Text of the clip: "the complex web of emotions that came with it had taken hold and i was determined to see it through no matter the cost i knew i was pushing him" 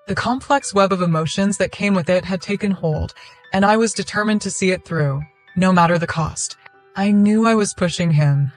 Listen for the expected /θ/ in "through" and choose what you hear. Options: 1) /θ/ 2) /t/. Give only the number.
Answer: 1